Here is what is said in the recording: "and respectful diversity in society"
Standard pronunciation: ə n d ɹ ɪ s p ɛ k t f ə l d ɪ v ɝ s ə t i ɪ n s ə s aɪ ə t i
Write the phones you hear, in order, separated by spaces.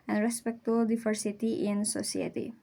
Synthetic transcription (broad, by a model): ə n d ɹ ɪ s p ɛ k t ə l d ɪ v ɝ s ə t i ɪ n s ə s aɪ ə t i